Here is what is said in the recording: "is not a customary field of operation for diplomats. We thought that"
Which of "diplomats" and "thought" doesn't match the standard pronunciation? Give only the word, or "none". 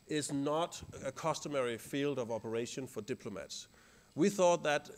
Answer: none